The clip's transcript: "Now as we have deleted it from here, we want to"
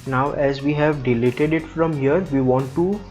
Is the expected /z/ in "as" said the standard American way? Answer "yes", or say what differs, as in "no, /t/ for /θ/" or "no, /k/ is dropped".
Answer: yes